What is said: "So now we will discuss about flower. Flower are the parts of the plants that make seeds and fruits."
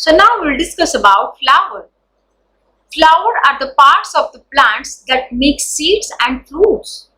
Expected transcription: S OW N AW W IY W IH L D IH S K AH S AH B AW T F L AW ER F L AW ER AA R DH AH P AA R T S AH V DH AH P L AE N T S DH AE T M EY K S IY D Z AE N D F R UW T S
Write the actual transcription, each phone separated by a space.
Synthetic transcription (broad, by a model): S OW N AW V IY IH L D IH S K AH S AH B AW T F L AW ER F L AW ER AA R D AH P AA R T S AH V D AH P L AE N T S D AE T M EY K S IY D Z AE N D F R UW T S